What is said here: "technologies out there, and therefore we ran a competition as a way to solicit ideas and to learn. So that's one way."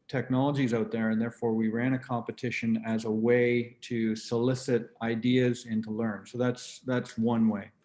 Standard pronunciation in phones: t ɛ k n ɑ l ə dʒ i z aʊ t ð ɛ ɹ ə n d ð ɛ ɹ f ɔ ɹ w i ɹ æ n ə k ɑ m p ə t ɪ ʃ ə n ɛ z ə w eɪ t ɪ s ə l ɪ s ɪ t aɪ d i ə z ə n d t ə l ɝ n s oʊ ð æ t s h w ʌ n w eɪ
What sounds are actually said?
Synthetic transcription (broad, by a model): t ɛ k n ɑ l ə dʒ i z aʊ t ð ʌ ɹ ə n ð ɛ ɹ f ɔ ɹ w i ɹ æ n ə k ɑ m p ə t ɪ ʃ ə n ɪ z ə w eɪ t ɪ s ə l ɪ s ɪ t aɪ d i ə z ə n t ə l ɝ n s oʊ ð æ t s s w ʌ n w eɪ